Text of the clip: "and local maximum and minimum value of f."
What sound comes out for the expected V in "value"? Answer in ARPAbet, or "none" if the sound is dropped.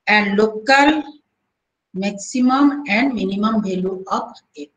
B